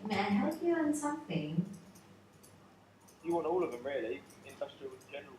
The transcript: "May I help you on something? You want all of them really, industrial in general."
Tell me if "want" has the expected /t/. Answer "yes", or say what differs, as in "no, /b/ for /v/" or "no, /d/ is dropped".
no, /t/ is dropped